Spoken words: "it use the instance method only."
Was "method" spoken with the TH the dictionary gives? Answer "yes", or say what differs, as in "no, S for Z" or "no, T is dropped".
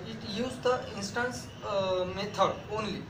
no, T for TH